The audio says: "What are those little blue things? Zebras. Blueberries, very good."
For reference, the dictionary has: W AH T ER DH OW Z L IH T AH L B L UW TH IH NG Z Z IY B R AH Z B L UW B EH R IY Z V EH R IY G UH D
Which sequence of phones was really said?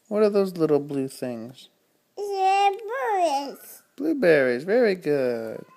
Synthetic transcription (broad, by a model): W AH T ER DH OW Z L IH T L B L UW TH IH NG Z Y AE B L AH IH B L UW B EH R IY Z V EH R IY G UH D